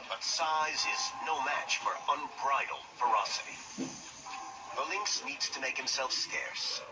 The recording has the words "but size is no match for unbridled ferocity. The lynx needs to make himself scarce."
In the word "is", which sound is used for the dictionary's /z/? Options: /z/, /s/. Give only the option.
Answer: /z/